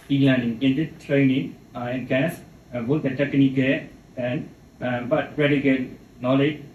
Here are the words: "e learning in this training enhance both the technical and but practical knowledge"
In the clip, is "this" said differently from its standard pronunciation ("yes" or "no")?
yes